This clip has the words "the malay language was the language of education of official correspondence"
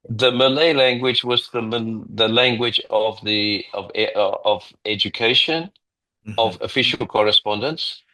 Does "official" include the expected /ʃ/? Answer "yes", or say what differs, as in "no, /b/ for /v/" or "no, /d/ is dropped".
yes